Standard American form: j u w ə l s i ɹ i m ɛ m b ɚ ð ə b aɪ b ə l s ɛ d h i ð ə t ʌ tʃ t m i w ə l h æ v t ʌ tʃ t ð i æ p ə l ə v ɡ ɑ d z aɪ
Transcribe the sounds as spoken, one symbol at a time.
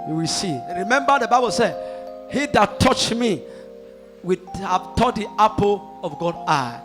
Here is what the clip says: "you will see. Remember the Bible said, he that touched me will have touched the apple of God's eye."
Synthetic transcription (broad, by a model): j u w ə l s i ɹ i m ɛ m b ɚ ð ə b aɪ b ə l s ɛ d h i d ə t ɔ tʃ m i w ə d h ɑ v t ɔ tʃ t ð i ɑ p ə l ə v ɡ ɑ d aɪ